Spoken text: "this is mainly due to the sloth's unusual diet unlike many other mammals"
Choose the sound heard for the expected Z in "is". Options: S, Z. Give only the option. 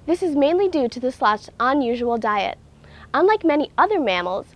Z